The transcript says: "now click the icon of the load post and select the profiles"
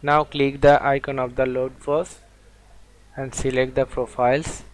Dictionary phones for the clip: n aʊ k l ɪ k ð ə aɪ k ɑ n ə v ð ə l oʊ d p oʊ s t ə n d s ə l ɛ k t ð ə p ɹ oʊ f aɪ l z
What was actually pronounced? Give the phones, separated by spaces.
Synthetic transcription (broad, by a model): n aʊ k l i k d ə aɪ k ɑ n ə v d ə l oʊ d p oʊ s ə n d s ə l ɛ k t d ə p ɹ oʊ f aɪ l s